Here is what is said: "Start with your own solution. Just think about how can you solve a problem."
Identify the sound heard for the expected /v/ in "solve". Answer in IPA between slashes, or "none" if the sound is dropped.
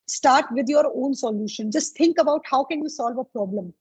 /v/